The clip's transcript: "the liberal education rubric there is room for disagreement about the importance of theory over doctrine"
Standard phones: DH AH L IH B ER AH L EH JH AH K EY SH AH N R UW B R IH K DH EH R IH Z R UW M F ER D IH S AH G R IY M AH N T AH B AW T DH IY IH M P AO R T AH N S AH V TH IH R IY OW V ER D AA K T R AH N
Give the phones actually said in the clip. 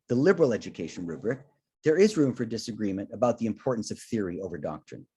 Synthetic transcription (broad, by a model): DH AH L IH B ER L EH JH AH K EY SH AH N R UW B R IH K DH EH R IH Z R UW M F ER D IH S AH G R IY M AH N T AH B AW T DH IY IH M P AO R T N S AH V TH IH R IY OW V ER D AA K T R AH N